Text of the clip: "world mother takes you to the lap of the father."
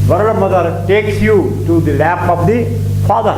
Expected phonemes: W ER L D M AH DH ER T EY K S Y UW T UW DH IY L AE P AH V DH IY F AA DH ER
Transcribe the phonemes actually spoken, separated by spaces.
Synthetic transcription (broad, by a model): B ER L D M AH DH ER T EY K S Y UW T UW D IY L AE P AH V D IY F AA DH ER